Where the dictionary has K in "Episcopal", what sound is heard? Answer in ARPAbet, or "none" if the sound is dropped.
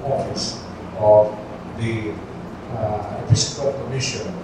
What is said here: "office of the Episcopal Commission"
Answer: none